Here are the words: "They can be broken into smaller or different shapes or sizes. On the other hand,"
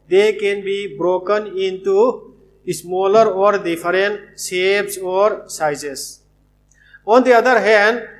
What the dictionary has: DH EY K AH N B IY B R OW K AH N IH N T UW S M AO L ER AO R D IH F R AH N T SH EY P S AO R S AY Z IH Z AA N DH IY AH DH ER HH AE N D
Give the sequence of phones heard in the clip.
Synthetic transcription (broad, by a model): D EY K AH N B IY B R OW K AH N IH N T UW S M AO L ER AO R D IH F R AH N T S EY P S AO R S AY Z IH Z AA N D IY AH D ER HH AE N D